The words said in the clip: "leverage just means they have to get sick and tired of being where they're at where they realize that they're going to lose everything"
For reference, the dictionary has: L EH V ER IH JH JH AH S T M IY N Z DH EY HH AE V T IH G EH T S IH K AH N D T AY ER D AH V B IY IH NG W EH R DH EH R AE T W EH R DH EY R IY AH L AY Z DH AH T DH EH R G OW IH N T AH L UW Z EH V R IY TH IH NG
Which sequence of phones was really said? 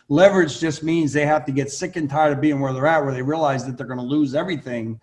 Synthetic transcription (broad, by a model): L EH V ER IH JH JH AH S T M IY N Z DH EY HH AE F T IH G EH T S IH K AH N T AY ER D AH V B IY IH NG W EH R DH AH R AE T W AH R DH EY R IY AH L AY Z DH AH T DH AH R G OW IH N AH L UW Z EH V R IY TH IH NG